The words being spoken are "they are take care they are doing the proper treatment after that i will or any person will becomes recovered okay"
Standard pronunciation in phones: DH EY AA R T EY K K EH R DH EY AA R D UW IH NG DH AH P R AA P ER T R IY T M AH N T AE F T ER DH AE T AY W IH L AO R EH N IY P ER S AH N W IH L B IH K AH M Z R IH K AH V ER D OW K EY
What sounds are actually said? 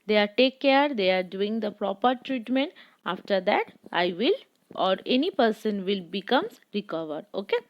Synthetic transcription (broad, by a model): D EY AA R T EY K K EH R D EY AA R D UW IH NG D AH P R AA P ER T R IY T M AH N T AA F T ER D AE T AY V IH L AO R EH N IY P ER S AH N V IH L B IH K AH M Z R IH K AH V ER D OW K EY